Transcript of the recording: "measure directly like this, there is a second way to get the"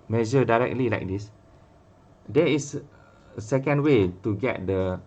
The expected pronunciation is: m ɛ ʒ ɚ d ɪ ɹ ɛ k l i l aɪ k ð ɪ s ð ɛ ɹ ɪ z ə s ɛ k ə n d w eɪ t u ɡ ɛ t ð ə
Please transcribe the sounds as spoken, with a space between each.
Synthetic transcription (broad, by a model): m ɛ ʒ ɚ d ɪ ɹ ɛ k l i l aɪ k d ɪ s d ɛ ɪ s ə s ɛ k ə n d w eɪ t u ɡ ɛ t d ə